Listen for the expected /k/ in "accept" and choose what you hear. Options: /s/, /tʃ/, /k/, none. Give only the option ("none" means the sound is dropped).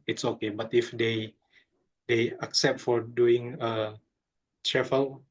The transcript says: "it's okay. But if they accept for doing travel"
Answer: /k/